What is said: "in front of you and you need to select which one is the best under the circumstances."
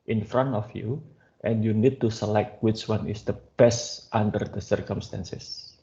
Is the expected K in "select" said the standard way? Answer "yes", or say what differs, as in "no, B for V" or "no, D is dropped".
yes